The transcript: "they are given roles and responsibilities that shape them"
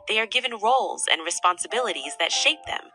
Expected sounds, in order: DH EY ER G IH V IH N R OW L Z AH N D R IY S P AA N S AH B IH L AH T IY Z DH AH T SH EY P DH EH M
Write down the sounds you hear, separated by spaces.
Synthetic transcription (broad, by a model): DH EY ER G IH V IH N R OW L Z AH N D R IY S P AA N S AH B IH L AH T IY Z DH AH T SH EY P DH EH M